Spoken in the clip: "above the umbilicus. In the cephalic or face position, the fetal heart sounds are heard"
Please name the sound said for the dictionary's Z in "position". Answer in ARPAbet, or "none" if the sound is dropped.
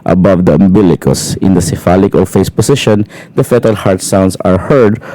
S